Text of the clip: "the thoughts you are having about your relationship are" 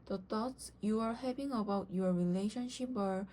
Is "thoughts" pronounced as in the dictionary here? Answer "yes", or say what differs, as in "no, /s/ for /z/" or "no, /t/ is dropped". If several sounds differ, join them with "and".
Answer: no, /t/ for /θ/